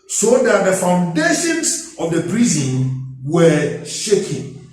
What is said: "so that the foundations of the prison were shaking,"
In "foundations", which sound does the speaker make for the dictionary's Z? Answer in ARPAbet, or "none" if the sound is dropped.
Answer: S